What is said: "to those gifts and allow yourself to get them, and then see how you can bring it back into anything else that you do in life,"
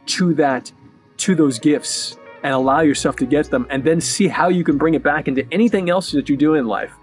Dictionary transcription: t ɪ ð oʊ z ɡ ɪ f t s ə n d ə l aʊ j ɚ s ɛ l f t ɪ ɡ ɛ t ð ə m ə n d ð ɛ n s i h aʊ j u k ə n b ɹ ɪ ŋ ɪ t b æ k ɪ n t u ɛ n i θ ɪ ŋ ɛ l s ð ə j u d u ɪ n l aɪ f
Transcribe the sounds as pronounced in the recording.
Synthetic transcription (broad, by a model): t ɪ ð oʊ z ɡ ɪ f t s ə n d ə l aʊ j ɚ s ɛ l f t ɪ ɡ ɛ t ð ə m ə n ð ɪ n s i h aʊ j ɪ k n b ɹ ɪ ŋ ɪ t b æ k ɪ n t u ɛ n i θ ɪ ŋ ɛ l s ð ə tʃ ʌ d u ɪ n l aɪ f